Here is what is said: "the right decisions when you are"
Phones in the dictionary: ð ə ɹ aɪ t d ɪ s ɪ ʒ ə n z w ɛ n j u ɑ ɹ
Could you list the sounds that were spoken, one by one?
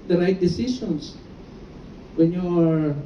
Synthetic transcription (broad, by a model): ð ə ɹ aɪ t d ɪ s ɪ s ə n s w ɛ n j u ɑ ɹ